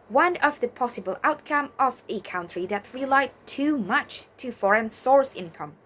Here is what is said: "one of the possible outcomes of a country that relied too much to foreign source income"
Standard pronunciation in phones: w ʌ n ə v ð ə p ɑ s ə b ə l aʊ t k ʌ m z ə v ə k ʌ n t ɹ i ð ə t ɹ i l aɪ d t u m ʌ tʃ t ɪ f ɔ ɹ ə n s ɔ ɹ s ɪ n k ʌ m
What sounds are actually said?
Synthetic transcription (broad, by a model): w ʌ n ə v ð ə p ɑ s ə b ə l aʊ t k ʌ m ə v ə k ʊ n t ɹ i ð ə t ɹ i l aɪ d t u m ʌ tʃ t ɪ f ɔ ɹ ə n s ɔ ɹ s ɪ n k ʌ m